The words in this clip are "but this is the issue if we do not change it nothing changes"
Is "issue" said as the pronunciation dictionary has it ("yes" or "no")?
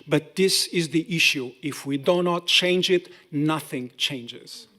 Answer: yes